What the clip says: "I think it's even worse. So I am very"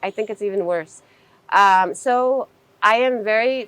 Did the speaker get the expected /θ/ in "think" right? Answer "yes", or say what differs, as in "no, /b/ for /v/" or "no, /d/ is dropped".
yes